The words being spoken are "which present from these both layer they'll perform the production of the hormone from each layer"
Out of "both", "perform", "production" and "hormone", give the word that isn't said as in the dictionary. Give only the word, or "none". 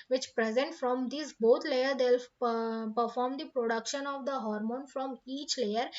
both